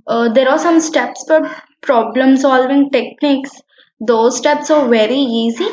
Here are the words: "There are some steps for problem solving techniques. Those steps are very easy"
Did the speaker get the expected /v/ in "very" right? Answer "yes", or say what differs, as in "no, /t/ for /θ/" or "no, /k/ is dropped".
yes